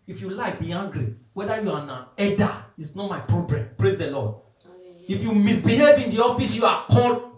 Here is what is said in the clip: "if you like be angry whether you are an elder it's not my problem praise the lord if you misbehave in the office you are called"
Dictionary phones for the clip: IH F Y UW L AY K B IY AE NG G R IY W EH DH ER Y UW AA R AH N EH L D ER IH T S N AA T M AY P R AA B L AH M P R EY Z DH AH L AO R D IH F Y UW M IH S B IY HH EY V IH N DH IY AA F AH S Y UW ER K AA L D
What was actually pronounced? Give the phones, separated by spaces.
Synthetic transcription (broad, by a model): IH F Y UW L AY K B IY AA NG G R IY W EH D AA Y UW AA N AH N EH D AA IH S N AA T M AY P R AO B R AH M P R EY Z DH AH L AO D IH F Y UW M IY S B IY HH EY V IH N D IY AA F AH S Y UW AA K AA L